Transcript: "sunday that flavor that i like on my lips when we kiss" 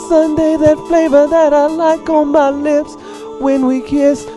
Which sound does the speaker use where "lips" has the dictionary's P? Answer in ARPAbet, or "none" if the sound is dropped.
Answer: P